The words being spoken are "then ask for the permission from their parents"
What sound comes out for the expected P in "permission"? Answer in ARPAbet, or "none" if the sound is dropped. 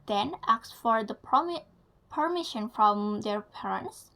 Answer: P